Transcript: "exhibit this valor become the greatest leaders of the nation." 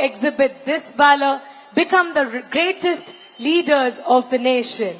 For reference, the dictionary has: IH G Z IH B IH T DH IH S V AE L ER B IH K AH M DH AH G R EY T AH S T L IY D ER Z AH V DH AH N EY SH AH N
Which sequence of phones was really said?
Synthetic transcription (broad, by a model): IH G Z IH B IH T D IH S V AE L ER B IH K AH M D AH G R EY T AH S T L IY D ER Z AH V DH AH N EY SH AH N